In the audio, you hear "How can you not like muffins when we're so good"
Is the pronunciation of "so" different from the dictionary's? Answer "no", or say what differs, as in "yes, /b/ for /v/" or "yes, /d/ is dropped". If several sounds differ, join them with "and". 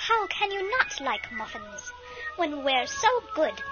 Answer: no